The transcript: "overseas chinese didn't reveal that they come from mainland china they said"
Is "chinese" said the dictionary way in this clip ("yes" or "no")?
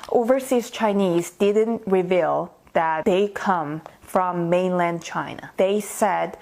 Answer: yes